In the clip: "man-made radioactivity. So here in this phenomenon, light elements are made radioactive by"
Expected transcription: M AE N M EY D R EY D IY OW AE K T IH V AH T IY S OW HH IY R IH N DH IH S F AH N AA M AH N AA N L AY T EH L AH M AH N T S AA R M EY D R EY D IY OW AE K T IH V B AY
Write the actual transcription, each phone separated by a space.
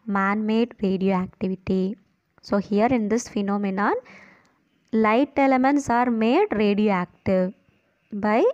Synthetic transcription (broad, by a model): M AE N M EY D R EY D IY OW AE K T IH V AH T IY S OW HH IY R IH N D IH S F AH N AA M AH N AA N L AY T EH L AH M AH N T S AA R M EY D R EY D IY OW AE K T IH V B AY